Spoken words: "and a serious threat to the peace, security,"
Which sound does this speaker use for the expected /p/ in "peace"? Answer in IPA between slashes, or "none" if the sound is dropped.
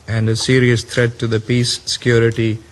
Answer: /p/